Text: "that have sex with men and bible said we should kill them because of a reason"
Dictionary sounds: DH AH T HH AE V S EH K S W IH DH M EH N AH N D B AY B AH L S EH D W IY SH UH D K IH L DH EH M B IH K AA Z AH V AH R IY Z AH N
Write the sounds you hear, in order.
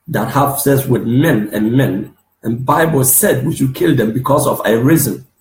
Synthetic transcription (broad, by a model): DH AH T HH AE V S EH S W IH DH M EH N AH N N B AY B AH L S EH D W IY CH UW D K IH L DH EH M B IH K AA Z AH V AH R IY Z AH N